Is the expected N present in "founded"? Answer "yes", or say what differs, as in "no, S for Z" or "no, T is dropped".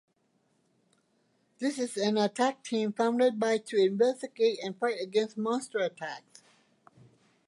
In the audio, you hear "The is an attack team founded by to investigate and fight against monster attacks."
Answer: yes